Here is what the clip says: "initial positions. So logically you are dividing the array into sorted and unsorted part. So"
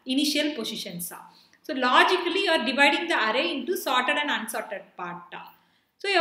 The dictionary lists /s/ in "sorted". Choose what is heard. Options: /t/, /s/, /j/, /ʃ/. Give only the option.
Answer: /s/